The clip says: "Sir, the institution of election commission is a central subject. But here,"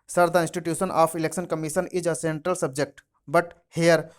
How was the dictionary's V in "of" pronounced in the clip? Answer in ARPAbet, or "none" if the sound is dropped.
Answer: P